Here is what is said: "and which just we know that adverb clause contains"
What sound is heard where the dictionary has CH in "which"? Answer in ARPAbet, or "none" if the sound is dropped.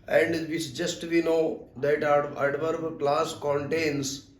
S